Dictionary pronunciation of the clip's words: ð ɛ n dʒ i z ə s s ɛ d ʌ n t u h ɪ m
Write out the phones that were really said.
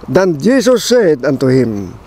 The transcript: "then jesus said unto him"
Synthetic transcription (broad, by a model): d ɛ n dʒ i s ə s s ɛ d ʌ n t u h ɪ m